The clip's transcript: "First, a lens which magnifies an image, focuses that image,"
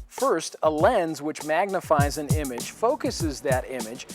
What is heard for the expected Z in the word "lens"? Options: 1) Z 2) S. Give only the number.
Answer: 1